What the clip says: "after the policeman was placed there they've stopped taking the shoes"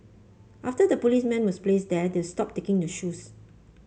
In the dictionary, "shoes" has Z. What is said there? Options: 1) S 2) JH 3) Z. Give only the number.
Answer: 1